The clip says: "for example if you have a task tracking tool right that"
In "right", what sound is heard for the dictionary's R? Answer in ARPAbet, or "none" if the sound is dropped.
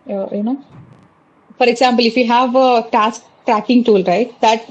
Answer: R